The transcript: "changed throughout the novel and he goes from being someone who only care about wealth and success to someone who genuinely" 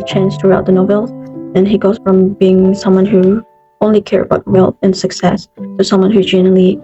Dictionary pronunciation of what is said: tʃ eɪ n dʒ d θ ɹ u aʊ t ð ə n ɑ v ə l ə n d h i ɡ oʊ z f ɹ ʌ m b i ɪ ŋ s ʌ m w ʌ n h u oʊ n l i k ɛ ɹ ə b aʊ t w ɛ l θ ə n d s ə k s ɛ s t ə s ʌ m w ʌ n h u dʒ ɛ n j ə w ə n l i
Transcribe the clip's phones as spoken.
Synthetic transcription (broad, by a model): tʃ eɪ n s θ ɹ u aʊ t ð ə n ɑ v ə l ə n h i ɡ oʊ z f ɹ ʌ m b i ɪ ŋ s ʌ m w ʌ n h u oʊ n l i k ɛ ɹ ə b aʊ t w ɛ l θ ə n s ə k s ɛ s s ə s ʌ m w ʌ n h u dʒ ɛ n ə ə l i